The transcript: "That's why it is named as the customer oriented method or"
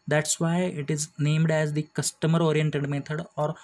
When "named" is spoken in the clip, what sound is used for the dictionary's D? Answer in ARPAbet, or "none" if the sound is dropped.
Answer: D